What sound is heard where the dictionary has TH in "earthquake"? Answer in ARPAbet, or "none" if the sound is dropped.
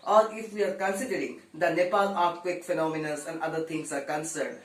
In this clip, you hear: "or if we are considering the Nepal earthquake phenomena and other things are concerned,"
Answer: T